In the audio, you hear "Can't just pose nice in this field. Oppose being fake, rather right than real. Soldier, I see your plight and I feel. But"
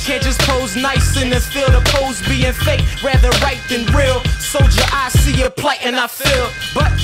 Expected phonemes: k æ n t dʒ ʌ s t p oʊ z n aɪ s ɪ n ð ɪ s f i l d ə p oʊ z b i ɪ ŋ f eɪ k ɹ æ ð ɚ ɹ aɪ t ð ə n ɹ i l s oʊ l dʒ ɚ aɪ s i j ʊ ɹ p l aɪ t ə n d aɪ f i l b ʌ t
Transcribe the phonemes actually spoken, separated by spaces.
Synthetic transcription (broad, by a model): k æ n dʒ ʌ s p oʊ z n aɪ s ɪ n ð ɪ f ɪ l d ə p oʊ z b i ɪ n f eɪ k ɹ æ ð ɚ ɹ aɪ t ð ə n ɹ i l s oʊ dʒ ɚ aɪ s i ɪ p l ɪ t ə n aɪ f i l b ʌ t